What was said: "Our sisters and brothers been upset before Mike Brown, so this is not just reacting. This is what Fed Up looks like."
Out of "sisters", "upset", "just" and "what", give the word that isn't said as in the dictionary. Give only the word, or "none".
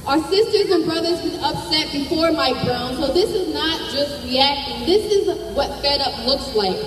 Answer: none